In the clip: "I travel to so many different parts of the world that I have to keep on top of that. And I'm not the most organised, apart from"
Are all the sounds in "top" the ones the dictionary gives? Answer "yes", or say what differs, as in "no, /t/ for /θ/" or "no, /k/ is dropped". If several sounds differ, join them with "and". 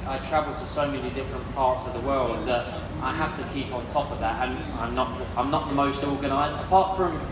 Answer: yes